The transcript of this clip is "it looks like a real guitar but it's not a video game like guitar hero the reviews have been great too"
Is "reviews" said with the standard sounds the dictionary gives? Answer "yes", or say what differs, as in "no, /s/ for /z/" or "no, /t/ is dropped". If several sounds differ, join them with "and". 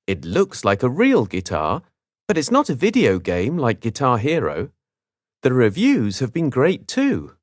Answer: yes